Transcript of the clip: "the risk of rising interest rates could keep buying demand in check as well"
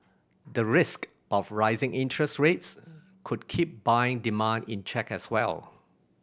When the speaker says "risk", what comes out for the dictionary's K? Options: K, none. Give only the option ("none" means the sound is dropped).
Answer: K